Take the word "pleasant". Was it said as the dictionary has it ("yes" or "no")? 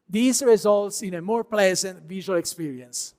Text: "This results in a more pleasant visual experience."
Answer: yes